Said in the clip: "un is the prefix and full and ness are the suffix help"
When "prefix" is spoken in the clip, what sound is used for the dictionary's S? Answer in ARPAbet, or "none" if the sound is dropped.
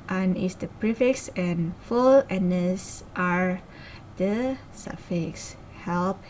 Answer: S